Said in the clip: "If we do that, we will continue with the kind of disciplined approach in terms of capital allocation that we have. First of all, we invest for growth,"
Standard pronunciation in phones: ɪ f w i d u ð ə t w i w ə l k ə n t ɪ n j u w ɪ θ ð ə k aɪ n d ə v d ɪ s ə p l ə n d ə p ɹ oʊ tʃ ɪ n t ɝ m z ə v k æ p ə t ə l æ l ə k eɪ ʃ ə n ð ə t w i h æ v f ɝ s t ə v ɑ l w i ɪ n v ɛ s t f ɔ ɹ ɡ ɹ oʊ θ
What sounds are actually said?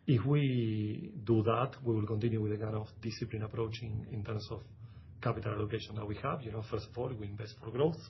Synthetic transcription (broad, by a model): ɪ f w i d u ð ə t w i w ə l k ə n t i n j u w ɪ ð ə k aɪ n ə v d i s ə p l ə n ə p ɹ oʊ tʃ ɪ n t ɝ m s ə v k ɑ p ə t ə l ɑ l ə k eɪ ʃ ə n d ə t w i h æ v f ɝ s t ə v ɑ l w i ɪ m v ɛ s t f ɔ ɹ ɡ ɹ oʊ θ